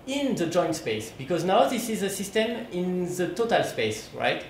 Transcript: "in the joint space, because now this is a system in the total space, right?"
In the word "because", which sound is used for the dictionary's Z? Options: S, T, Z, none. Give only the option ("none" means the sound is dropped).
Z